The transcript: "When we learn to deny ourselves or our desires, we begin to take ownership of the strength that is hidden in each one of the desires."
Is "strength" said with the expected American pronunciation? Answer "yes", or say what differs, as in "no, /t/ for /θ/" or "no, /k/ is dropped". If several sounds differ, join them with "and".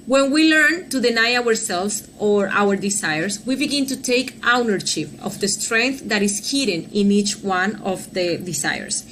yes